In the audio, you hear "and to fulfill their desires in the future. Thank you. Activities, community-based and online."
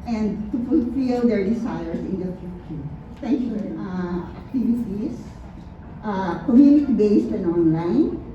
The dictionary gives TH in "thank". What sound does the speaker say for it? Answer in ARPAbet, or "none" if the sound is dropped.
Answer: T